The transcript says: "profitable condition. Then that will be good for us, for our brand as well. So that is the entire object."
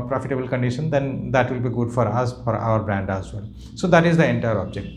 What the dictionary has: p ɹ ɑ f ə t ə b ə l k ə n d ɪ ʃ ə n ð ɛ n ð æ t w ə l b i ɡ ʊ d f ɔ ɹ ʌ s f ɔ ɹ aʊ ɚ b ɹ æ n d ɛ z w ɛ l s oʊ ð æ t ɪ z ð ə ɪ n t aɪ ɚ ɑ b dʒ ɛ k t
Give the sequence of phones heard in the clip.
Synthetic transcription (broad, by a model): p ɹ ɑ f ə t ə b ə l k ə n d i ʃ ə n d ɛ n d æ t w ə l b i ɡ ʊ d f ɔ ɹ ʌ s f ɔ ɹ aʊ ɚ b ɹ æ n d ɛ z w ɛ l s oʊ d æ t ɪ z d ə ɪ n t aɪ ɚ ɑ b dʒ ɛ k t